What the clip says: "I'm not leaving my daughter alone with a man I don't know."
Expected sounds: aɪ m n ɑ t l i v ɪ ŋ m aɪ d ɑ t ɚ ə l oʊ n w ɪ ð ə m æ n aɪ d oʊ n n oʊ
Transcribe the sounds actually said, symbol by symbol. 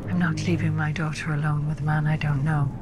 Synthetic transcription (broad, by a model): aɪ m n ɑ t l i v ɪ ŋ m aɪ d ɑ t ɚ ə l oʊ n w ɪ ð ə m æ n aɪ d oʊ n n oʊ